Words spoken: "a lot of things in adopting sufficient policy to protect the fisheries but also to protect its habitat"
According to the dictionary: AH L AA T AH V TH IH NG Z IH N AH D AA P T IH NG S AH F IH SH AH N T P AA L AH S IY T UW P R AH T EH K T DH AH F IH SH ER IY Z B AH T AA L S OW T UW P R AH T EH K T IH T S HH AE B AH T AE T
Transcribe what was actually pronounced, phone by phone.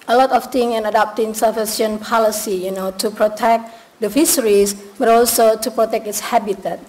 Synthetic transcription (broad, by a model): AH L AA T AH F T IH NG IH N AH D AA P T IH NG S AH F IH S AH N P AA L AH S IY T UW P R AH T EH K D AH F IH S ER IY S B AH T AA L S OW T UW P R AH T EH K T IH T S HH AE B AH T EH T